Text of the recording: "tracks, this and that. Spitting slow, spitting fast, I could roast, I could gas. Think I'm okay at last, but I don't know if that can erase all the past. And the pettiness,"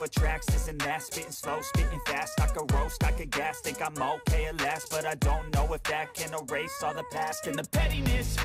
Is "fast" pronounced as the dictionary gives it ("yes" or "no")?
yes